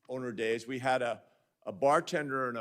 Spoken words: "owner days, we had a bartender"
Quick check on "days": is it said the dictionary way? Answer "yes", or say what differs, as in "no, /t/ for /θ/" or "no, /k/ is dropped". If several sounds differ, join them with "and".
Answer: yes